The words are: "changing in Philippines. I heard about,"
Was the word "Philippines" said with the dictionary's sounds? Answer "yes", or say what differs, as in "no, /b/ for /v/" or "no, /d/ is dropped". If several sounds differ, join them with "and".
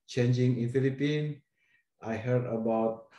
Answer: no, /z/ is dropped